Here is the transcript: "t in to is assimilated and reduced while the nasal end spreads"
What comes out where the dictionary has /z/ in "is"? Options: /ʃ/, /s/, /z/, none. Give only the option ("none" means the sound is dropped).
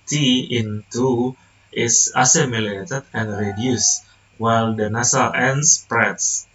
/s/